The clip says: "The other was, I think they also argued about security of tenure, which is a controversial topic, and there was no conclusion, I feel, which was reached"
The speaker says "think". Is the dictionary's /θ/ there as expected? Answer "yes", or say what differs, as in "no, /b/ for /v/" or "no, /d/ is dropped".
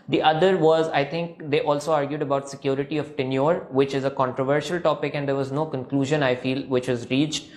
no, /t/ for /θ/